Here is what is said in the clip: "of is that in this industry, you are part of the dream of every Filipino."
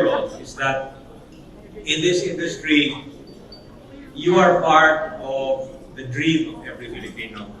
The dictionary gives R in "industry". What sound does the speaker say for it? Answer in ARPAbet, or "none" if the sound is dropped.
R